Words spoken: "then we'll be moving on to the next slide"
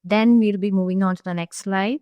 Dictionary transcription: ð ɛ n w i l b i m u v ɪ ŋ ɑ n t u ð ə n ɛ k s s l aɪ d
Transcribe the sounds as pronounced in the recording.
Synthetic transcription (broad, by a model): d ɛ n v i l b i m u v ɪ ŋ ɑ n t u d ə n ɛ k s s l aɪ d